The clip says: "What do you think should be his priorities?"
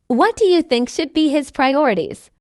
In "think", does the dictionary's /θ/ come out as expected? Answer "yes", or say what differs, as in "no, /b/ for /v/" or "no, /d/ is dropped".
yes